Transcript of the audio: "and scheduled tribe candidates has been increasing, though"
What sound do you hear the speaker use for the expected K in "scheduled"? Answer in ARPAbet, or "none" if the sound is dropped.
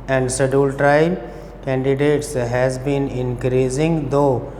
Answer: none